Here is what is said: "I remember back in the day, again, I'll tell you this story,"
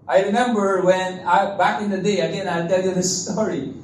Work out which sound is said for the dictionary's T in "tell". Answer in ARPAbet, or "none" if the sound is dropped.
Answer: T